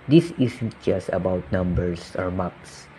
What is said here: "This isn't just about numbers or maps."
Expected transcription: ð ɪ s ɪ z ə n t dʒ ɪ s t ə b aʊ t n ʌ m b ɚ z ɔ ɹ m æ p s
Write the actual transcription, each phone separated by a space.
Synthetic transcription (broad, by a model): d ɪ s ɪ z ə n t dʒ ɪ s t ə b aʊ t n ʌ m b ɚ s ɔ ɹ m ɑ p s